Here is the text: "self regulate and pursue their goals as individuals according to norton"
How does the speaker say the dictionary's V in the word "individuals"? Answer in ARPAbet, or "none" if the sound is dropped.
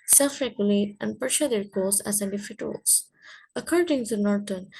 F